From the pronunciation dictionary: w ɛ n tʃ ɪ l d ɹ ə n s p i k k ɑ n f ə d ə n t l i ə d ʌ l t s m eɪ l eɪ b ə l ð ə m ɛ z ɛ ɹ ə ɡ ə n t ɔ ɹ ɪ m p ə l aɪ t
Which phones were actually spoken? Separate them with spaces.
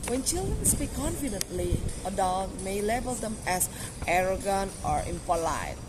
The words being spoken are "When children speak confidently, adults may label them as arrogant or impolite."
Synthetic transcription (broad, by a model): w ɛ n tʃ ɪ l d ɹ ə n s p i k k ɑ n f ə d ə n t l i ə d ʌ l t m eɪ l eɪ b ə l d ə m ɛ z ɛ ɹ ə ɡ ə n t ɔ ɹ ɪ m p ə l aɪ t